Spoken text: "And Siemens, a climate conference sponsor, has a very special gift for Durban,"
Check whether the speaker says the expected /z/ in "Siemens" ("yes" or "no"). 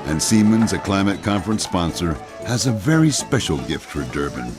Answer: yes